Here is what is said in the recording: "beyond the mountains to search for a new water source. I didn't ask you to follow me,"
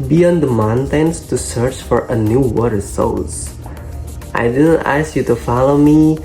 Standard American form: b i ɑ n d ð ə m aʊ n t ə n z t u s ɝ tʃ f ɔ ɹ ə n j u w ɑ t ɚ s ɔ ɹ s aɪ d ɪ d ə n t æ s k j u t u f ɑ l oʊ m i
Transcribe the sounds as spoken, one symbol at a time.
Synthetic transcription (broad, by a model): b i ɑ n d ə m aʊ n t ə n s t u s ɝ tʃ f ɔ ɹ ə n j u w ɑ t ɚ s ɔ l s aɪ d ɪ d ə n t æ s k j u t u f ɑ l oʊ m i